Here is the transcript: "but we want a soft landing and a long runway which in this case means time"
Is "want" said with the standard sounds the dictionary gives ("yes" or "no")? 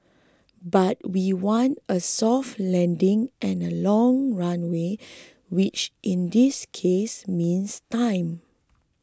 yes